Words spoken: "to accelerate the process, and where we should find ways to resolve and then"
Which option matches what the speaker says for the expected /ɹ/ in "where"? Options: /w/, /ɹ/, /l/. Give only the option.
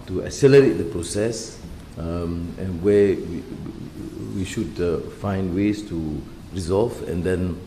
/w/